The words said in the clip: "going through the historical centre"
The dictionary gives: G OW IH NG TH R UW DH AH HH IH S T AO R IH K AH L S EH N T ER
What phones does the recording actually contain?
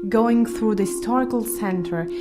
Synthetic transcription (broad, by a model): G OW IH NG TH R UW DH AH HH IH S T AO R IH K AH L S EH N T ER